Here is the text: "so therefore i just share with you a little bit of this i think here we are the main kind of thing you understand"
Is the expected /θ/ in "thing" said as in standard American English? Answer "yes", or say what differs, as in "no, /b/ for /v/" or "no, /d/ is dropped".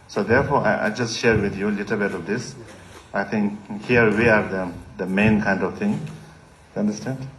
no, /t/ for /θ/